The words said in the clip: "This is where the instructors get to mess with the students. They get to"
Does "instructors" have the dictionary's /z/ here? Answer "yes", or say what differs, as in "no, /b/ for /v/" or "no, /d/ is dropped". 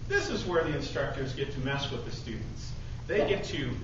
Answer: yes